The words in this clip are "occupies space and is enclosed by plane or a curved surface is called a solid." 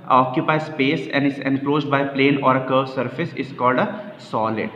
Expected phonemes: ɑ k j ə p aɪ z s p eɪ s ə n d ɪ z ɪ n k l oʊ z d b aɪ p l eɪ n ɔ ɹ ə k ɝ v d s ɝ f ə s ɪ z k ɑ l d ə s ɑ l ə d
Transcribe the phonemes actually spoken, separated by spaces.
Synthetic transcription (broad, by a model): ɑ k j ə p aɪ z s p eɪ s ə n d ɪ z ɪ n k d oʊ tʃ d b aɪ p l eɪ n ɔ ɹ ə k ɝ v s ɝ f ə s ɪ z k ɑ l d ə s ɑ l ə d